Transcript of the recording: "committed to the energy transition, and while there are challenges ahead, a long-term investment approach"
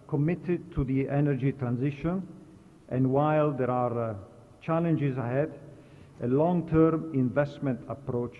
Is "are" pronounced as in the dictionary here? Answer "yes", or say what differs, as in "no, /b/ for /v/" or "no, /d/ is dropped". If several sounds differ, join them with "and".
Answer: yes